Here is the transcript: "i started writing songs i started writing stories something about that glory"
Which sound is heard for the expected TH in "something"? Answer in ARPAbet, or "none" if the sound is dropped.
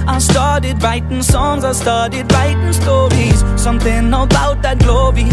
TH